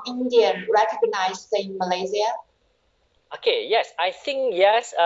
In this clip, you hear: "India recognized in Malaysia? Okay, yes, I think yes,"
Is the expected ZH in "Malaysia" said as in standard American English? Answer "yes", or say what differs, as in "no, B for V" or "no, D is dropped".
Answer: no, Z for ZH